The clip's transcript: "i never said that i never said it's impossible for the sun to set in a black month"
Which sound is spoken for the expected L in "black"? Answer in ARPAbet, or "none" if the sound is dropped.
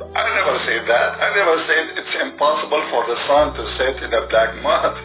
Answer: L